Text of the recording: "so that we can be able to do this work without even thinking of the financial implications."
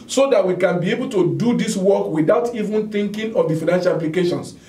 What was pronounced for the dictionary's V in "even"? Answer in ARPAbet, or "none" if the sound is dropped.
V